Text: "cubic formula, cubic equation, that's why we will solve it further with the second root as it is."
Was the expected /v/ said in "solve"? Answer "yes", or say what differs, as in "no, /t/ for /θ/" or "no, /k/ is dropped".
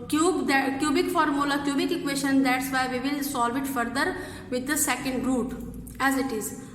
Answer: yes